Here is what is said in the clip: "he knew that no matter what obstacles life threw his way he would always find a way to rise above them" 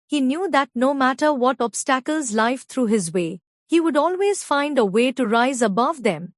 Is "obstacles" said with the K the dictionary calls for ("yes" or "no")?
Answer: yes